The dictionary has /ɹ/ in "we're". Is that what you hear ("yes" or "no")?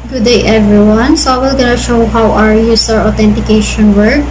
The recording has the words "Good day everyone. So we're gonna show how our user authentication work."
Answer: no